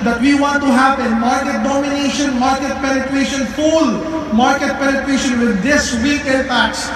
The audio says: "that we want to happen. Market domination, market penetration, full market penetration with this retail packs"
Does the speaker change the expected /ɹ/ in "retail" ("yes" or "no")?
yes